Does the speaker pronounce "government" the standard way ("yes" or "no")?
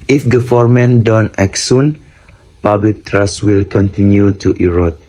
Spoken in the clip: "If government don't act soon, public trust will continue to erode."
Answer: no